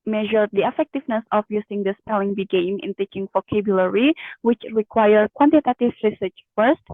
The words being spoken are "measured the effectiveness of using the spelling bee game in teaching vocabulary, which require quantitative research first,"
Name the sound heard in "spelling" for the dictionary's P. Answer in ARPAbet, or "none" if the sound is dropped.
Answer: P